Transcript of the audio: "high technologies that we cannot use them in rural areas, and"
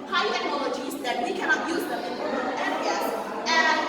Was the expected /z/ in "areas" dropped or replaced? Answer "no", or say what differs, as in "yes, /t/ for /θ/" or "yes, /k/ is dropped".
yes, /z/ is dropped